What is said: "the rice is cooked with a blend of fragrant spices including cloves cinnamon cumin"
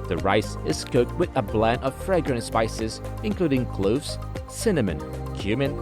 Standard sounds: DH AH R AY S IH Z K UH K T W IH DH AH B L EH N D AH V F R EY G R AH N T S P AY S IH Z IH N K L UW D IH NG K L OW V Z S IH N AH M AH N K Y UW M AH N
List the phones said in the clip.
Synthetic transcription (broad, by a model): DH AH R AY S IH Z K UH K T W IH DH AH B L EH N AH V F R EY G R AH N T S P AY S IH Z IH N K L UW D IH NG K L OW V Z S IH N AH M AH N K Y UW M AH N